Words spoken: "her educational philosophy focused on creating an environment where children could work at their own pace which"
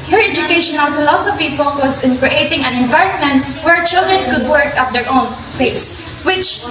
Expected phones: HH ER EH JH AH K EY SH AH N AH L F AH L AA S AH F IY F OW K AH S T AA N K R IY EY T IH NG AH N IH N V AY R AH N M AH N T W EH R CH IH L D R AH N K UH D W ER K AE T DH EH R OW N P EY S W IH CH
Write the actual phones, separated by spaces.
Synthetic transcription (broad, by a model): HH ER EH JH AH K EY SH AH N AH L F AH L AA S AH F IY F OW K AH S IH N K R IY EY T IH NG AH N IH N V AY R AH N M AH N T W EH R CH IH L D R AH N K UH D W ER K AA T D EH R OW N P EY S W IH CH